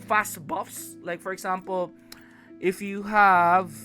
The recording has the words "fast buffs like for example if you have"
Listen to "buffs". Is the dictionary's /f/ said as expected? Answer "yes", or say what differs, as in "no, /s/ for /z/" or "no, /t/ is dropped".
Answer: yes